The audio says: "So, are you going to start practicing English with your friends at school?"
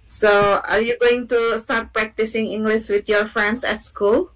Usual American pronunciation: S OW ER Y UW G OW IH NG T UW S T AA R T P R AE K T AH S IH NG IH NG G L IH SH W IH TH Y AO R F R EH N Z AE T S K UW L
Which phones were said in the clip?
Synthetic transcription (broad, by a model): S OW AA Y UW G OW IH NG T UW S T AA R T P R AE K T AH S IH NG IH NG G L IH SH W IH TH Y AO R F EH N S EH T S K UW L